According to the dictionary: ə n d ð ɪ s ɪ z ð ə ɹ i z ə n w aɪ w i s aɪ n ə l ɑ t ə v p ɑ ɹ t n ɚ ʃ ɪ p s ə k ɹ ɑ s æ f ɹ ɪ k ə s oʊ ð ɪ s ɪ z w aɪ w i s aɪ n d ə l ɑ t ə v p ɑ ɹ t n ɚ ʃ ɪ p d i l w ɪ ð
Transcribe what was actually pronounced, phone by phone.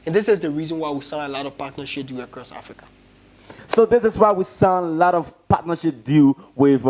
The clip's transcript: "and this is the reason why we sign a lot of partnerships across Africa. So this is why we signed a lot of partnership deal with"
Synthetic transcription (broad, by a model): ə n ð ɪ s ɪ z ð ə ɹ i z ə n w aɪ w i s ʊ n ə l ɑ t ə v p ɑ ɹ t n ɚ ʃ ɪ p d ə k ɹ ɑ s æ f ɹ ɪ k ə s oʊ ð ɪ s ɪ z w aɪ w i s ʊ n ə l ɑ t ə v p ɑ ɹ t n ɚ ʃ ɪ p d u w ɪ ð